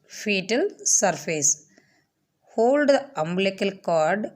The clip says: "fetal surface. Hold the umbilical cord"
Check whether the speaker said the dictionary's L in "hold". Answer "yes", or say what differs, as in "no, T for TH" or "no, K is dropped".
yes